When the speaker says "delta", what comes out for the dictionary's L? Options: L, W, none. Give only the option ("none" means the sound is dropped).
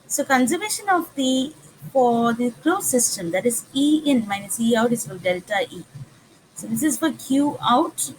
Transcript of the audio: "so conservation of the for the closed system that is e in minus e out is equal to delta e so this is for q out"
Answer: none